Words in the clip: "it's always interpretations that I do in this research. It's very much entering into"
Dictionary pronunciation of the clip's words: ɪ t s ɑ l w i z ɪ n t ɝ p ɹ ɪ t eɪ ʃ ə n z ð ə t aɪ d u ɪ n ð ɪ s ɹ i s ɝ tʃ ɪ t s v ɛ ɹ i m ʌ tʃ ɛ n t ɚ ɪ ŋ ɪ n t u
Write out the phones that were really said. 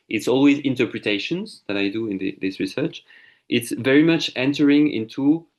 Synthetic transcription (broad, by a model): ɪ t s ɑ l w i z ɪ n t ɝ p ɹ ɪ t eɪ ʃ ə n z ð ə t aɪ d u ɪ n ð ɪ s ɹ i s ɝ tʃ ɪ t s v ɛ ɹ i m ʌ tʃ ɛ n t ɚ ɪ ŋ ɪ n t u